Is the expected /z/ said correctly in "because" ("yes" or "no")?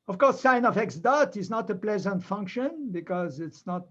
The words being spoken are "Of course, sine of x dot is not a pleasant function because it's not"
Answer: yes